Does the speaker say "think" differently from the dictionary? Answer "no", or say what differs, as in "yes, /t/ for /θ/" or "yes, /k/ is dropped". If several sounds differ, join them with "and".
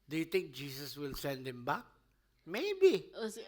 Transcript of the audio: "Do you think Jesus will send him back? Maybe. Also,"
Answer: yes, /t/ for /θ/